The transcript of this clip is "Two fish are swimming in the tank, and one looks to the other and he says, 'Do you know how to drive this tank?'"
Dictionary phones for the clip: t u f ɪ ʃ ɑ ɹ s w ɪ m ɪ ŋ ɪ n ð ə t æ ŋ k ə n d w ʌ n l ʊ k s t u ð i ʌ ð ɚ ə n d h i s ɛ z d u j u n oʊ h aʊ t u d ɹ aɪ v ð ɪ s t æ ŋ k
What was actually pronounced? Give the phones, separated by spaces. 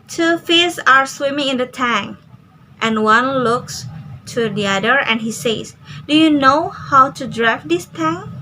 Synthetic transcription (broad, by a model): t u f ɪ s ɑ ɹ s w ɪ m ɪ ŋ ɪ n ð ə t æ ŋ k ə n w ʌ n l ʊ k s t u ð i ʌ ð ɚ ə n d h i s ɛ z d u j u n oʊ h aʊ t u d ɹ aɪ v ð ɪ s t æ ŋ